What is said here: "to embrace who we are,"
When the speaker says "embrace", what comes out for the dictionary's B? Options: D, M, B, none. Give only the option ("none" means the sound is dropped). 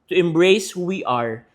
B